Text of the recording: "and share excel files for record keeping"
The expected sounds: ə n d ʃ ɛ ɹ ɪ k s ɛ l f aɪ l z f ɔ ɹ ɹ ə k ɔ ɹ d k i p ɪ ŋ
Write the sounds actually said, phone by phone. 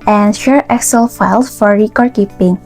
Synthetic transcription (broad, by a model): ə n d ʃ ɛ ɹ ɪ k s ɛ l f aɪ l s f ɔ ɹ ɹ ə k ɔ ɹ d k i p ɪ ŋ